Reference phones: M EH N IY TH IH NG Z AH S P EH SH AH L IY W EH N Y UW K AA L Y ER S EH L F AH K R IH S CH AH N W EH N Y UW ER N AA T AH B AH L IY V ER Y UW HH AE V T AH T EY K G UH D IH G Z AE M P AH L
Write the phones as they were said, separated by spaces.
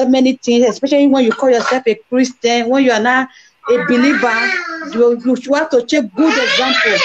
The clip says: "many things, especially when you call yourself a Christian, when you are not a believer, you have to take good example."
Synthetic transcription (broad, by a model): M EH N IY T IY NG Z AH S P EH SH AH L IY W EH N Y UW K AA L Y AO S EH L F AH K R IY S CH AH N W EH N Y UW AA N AA AH B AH L IY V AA Y UW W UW W T AH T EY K G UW D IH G Z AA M P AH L